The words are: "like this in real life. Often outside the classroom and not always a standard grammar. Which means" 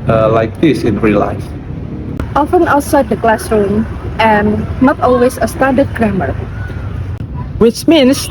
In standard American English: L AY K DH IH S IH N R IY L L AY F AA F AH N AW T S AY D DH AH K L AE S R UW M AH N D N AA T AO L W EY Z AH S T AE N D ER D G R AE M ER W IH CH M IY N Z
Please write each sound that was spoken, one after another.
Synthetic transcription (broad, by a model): L AY K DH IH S IH N R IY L L AY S AA F AH N AW T S AY D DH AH K L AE S R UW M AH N N AA T AO L W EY S AH S T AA D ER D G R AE M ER W IH CH M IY N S